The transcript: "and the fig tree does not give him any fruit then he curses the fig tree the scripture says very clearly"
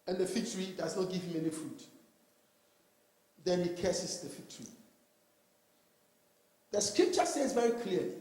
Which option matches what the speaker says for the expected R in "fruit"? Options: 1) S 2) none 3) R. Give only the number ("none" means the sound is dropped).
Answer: 2